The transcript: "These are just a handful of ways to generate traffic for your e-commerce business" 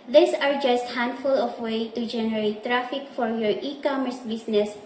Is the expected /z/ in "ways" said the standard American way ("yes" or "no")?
no